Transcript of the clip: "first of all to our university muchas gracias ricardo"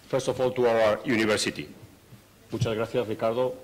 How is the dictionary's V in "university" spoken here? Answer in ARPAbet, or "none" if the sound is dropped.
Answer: B